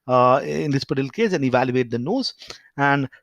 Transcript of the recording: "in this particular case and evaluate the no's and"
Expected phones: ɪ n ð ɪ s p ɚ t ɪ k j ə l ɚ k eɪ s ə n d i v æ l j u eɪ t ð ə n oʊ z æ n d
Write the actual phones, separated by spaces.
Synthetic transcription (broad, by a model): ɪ n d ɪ s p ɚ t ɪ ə l k eɪ s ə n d i v æ l j u eɪ t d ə n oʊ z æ n d